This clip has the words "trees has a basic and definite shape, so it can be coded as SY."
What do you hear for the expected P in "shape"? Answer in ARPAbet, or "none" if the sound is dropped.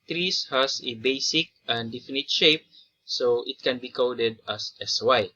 P